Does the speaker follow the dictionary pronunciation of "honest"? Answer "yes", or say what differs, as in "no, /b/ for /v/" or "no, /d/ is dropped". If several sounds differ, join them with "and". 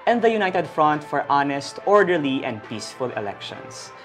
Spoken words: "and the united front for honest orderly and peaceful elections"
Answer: yes